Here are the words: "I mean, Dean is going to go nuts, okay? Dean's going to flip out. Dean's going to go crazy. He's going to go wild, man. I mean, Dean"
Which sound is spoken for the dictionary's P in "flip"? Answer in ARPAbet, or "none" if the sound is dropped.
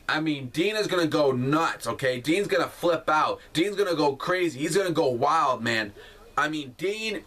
P